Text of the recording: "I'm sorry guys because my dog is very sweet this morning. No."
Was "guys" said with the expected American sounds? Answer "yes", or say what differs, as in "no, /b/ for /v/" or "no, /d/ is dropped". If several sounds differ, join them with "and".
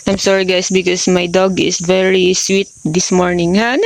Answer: no, /s/ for /z/